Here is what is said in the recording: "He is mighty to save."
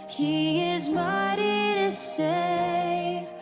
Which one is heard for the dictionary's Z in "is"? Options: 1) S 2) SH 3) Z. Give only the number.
3